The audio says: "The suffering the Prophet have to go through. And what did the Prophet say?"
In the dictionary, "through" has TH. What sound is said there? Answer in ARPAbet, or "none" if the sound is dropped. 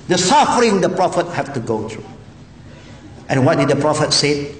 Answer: T